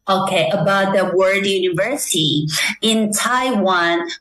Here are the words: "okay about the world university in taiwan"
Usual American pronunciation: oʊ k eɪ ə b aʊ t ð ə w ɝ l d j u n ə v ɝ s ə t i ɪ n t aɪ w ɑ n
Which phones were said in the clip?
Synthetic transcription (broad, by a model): oʊ k eɪ ə b aʊ t ð ə w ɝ d j u n ə v ɝ s ə t i ɪ n t aɪ w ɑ n